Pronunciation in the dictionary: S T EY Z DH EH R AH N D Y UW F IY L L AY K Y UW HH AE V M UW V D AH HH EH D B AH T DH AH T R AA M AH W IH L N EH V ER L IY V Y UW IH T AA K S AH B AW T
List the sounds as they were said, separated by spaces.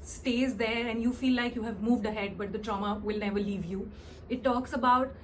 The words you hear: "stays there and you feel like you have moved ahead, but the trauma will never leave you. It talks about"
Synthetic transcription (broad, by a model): S T EY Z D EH R AH N D Y UW F IY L L AY K Y UW HH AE V M UW V D AH HH EH D B AH T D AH T R AA M AH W IH L N EH V ER L IY V Y UW IH T AA K S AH B AW T